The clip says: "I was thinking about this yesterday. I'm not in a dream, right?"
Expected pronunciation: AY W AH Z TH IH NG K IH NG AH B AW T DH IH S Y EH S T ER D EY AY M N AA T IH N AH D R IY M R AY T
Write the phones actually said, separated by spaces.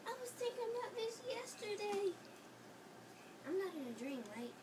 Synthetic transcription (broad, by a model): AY W AH Z T IH K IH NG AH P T DH IH S Y EH S T ER D EY AY M N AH T IH N AH D R IY M R AY T